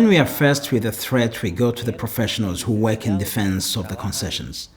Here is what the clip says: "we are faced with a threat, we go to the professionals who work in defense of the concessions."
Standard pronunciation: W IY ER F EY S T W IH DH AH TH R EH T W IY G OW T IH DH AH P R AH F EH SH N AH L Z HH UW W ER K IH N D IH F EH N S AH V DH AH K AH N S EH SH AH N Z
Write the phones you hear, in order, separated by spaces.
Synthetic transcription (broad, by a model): W IY ER F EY S T W IH DH AH TH R EH T W IY G OW T IH DH AH P R AH F EH SH N AH L Z HH UW W ER K IH N D IH F EH N S AH V DH AH K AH N S EH SH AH N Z